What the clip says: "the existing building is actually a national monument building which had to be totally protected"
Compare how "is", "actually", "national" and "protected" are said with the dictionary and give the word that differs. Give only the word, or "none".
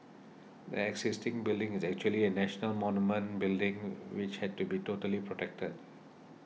none